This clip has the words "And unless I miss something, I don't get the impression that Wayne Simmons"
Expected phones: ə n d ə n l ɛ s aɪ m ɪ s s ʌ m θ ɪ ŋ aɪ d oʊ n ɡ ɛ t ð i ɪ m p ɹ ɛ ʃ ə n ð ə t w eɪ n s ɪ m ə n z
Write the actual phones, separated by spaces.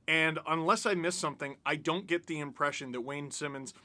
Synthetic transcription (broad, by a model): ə n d ə n l ɛ s aɪ m ɪ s s ʌ m θ ɪ ŋ aɪ d oʊ n ɡ ɛ t ð i ɪ m p ɹ ɛ ʃ ə n ð ə t w eɪ n s ɪ m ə n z